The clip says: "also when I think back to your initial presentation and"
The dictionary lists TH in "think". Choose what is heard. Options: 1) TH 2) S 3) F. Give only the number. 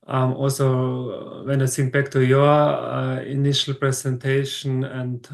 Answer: 2